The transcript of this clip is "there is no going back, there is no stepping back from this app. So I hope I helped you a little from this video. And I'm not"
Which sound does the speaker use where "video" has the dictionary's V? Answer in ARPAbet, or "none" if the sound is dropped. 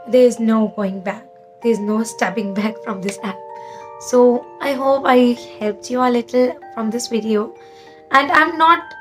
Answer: V